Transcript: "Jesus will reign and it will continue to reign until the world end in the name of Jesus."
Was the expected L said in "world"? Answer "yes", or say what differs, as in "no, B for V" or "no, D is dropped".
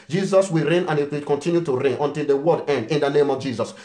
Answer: no, L is dropped